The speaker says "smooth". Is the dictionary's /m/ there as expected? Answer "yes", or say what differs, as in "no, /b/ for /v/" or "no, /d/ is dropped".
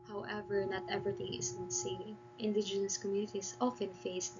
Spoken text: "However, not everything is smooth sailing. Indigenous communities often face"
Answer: no, /m/ is dropped